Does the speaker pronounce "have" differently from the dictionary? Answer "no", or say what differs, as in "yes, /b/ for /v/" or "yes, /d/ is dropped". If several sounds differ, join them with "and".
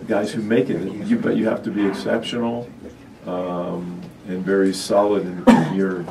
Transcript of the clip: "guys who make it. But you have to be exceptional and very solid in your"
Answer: yes, /f/ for /v/